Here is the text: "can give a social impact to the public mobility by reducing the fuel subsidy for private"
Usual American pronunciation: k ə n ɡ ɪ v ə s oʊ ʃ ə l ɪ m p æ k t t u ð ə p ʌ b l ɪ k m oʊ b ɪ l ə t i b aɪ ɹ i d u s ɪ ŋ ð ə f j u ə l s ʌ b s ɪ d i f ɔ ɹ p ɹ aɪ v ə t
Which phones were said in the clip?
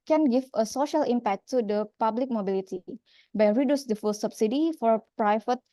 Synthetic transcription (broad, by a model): k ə n ɡ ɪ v ə s oʊ ʃ ə l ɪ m p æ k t t u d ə p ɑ b l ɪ k m oʊ b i l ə t i b aɪ ɹ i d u s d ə f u l s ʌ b s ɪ d i f ɔ ɹ p ɹ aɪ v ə t